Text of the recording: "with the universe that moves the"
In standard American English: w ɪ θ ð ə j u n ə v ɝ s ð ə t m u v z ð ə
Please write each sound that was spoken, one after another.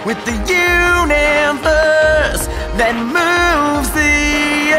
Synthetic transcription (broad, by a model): w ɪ ð ə j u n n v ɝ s ð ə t m u v z ð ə